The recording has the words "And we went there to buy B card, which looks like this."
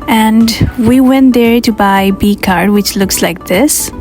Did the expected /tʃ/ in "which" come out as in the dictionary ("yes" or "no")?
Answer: yes